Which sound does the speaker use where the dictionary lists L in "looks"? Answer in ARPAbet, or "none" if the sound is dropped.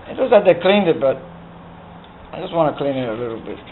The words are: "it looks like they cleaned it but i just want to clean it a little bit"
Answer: W